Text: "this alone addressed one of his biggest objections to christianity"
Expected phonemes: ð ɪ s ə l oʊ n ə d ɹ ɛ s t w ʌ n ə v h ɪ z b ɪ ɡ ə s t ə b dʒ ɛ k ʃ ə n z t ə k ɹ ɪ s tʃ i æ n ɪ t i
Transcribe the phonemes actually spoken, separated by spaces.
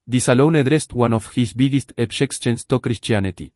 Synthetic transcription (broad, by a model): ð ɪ s ə l oʊ n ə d ɹ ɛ s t w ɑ n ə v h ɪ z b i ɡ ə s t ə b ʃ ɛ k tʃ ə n s t ə k ɹ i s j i n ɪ t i